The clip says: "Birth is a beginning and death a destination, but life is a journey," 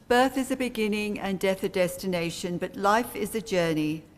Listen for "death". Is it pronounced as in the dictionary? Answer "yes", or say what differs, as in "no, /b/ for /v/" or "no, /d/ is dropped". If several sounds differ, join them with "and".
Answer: yes